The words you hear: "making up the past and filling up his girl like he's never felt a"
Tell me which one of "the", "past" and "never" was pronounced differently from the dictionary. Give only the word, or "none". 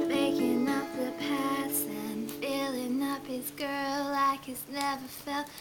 past